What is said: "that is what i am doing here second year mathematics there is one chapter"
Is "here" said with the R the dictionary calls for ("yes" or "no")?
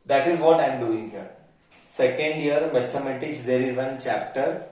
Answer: yes